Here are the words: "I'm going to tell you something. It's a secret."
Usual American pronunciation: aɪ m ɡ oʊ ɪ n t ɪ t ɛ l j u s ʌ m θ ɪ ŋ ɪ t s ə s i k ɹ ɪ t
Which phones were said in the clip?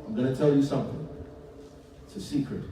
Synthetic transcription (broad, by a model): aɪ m ɡ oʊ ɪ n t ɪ t ɛ l j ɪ s ʌ m θ ɪ ŋ ɪ t s ə s i k ɹ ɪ t